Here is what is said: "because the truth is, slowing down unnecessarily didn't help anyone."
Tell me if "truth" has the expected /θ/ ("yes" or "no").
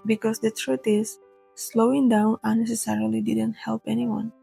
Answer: no